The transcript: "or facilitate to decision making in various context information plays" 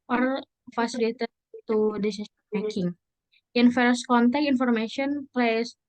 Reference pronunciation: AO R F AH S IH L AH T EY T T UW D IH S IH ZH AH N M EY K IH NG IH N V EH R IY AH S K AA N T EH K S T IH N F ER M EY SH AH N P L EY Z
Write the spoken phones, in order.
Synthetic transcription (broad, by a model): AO R F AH S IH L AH T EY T T UW D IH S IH S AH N M EY K IH NG IH N F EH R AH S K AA N T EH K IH N F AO M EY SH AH N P L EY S